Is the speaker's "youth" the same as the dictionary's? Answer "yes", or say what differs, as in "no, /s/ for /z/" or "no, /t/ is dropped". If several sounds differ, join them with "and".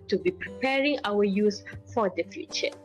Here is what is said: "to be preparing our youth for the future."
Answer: no, /s/ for /θ/